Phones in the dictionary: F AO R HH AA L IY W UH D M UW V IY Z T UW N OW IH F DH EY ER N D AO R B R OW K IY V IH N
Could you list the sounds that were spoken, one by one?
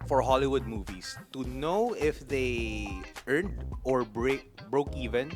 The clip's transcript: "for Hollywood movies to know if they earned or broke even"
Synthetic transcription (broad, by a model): F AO R HH AA L IY W UH D M UW V IY S T UW N OW IH F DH EY ER N D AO R B R OW K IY V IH N